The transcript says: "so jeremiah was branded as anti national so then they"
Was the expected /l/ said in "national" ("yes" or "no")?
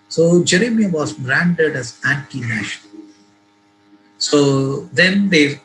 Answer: no